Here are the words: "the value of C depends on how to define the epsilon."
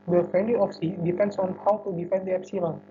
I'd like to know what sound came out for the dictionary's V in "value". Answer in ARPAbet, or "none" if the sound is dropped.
F